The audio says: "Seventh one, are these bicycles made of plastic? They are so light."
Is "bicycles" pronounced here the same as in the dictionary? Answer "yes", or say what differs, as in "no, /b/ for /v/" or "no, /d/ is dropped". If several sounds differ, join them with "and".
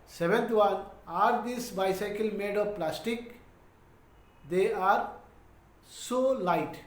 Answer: no, /z/ is dropped